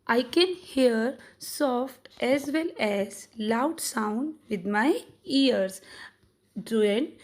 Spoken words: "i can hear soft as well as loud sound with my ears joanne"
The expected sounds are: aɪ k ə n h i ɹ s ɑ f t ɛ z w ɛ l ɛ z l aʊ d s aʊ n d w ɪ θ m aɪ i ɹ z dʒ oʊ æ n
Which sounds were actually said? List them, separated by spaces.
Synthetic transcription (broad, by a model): aɪ k ə n h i ɹ s ɑ f t ɛ z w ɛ l ɛ z l aʊ d s aʊ n d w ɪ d m aɪ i ɹ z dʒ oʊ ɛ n